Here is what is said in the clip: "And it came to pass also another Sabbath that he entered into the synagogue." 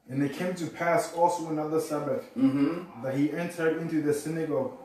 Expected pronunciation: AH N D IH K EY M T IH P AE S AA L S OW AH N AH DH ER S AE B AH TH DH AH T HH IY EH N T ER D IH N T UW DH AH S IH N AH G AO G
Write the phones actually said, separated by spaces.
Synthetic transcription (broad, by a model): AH N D IH K EY M T IH P AE S AA L S OW AH N AH DH ER S AE B AH TH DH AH T HH IY EH N T ER D IH N T UW DH AH S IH N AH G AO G